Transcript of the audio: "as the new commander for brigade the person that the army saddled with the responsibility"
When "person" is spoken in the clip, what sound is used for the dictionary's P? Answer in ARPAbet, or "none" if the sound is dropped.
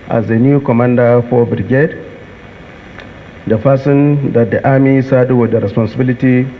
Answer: F